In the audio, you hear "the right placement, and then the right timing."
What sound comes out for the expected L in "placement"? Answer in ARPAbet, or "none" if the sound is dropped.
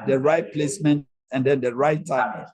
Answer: L